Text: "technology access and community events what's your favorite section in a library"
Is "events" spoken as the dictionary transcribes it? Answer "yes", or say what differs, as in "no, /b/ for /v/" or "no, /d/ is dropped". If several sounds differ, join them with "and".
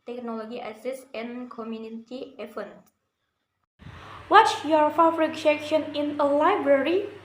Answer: no, /f/ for /v/